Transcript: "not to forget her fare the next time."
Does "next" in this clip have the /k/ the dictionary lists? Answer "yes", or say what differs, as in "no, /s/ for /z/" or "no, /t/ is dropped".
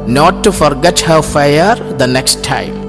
yes